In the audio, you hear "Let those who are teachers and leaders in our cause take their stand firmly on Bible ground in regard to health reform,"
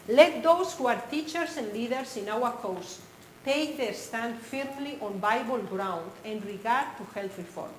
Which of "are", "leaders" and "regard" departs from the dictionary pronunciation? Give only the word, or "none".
leaders